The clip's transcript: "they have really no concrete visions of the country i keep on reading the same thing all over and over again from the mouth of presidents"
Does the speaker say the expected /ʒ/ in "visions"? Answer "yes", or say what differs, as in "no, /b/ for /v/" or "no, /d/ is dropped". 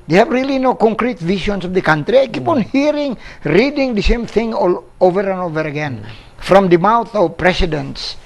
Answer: no, /s/ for /ʒ/